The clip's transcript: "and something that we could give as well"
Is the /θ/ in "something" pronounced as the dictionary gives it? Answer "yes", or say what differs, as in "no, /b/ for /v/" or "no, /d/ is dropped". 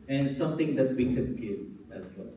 no, /t/ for /θ/